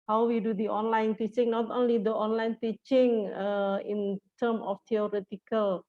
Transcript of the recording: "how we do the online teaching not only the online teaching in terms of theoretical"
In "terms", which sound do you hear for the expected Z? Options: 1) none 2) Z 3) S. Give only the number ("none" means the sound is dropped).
1